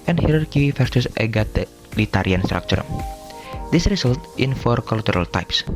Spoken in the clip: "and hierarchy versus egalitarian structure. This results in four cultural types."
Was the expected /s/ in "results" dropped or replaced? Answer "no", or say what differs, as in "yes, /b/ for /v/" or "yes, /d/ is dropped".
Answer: yes, /s/ is dropped